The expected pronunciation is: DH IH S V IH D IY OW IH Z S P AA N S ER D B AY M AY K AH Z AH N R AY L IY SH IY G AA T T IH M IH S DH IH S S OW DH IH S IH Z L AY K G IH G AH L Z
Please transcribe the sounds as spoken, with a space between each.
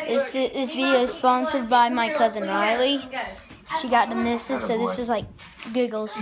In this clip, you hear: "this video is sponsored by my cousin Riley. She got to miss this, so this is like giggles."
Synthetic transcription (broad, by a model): DH IH S V IH D IY OW IH Z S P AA N S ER D B AY M AY K AH Z AH N R AY L IY SH IY G AA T T IH M IH S DH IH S S OW DH IH S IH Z L AY K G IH G L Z